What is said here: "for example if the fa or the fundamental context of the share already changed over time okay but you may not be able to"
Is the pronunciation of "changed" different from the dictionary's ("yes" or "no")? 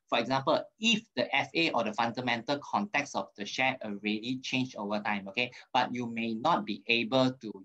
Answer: yes